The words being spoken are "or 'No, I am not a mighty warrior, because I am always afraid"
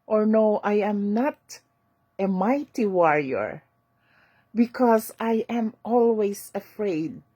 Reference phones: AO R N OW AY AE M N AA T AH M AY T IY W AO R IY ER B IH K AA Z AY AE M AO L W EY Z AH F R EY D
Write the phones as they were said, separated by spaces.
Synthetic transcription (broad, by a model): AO R N OW AY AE M N AA T AH M AY T IY W AO R IY ER B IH K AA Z AY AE M AO L W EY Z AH F R EY D